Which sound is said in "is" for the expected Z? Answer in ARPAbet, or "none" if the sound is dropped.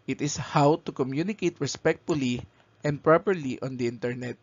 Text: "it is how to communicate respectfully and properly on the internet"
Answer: S